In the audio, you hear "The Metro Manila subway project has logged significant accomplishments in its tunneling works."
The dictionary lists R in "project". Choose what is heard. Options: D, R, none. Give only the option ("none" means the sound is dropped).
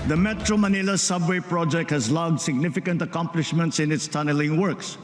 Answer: R